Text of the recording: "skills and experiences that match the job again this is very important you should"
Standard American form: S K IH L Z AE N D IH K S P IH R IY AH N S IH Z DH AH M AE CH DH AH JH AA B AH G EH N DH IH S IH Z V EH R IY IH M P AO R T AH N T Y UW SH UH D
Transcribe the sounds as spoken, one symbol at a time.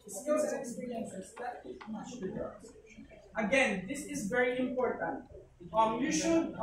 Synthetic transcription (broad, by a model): S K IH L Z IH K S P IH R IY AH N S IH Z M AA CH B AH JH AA AH G EH N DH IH S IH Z V EH R IY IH M P AO R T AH N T Y UW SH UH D